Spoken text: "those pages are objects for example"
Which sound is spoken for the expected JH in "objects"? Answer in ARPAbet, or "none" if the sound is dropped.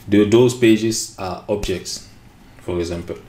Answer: JH